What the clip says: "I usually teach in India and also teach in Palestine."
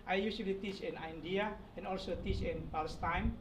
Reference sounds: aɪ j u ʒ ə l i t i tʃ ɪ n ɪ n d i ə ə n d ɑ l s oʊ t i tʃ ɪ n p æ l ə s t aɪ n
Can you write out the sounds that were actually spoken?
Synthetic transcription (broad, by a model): aɪ j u s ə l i t i tʃ ɪ n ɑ n d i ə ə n ɑ l s oʊ t i tʃ ɪ n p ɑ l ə s t aɪ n